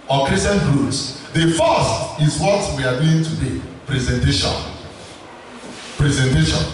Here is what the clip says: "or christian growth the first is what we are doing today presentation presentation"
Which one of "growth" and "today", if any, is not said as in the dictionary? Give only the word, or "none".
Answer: growth